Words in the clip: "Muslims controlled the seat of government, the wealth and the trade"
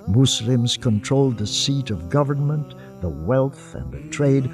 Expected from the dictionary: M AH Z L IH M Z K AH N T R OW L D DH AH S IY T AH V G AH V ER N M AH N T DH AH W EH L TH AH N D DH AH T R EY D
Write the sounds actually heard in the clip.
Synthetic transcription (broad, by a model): M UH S L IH M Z K AH N T R OW L D DH AH S IY T AH V G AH V ER N M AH N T DH AH W EH L TH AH N DH AH T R EY D